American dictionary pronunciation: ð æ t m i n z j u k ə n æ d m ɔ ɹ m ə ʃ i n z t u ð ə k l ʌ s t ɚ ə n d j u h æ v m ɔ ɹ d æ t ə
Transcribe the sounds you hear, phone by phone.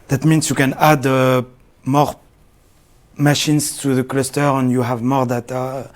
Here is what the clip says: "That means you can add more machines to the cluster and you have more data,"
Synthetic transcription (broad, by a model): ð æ t m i n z j u k ə n æ d m ɔ ɹ m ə ʃ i n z t u ð ə k l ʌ s t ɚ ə n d j u h æ v m ɔ ɹ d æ t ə